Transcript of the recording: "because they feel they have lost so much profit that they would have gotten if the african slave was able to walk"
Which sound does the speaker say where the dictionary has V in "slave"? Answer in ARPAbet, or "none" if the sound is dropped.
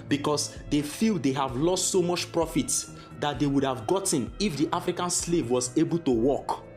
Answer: V